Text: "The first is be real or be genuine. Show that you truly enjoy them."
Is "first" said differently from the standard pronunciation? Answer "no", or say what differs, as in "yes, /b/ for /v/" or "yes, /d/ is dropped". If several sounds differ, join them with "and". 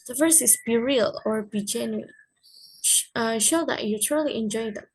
yes, /t/ is dropped